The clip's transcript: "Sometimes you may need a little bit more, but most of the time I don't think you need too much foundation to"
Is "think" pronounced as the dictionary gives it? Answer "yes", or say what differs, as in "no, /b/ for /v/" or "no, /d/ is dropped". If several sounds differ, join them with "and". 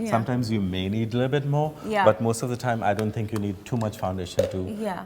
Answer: no, /t/ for /θ/